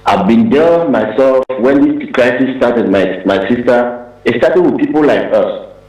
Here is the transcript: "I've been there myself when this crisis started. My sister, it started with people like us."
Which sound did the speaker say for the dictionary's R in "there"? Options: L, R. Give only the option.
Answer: L